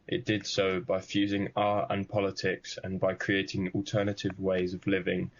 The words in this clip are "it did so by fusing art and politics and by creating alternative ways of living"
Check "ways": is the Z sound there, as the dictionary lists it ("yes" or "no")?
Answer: yes